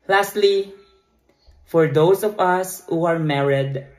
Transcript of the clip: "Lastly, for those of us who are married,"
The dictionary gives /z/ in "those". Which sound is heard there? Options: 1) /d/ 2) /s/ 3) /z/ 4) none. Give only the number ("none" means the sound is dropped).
2